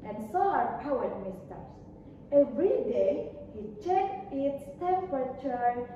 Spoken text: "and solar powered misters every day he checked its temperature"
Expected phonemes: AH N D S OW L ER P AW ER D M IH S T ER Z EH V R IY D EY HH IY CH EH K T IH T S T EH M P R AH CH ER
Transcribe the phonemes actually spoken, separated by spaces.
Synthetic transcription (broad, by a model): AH N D S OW ER P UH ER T M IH S T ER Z EH V R IY D EY HH IY CH EH K T IH T S T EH M P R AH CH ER